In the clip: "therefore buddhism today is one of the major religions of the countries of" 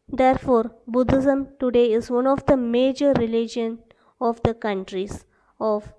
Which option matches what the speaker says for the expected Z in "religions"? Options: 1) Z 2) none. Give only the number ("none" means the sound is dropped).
2